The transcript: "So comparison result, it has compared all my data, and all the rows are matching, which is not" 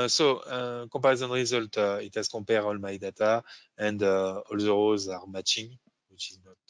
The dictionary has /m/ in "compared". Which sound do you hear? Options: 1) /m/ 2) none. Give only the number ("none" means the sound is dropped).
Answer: 2